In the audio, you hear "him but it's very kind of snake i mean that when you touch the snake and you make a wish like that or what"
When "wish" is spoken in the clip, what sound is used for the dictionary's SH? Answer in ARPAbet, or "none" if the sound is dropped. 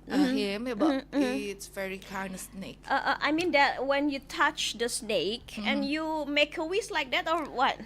S